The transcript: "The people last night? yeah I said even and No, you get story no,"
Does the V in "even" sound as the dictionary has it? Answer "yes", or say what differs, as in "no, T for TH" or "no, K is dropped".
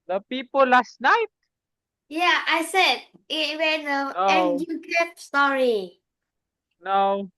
no, W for V